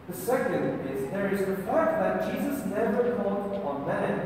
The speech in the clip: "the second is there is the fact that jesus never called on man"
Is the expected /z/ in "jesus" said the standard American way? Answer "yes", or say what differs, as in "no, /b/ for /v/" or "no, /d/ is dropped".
yes